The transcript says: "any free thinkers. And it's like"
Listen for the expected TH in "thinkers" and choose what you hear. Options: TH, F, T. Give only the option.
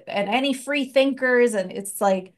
TH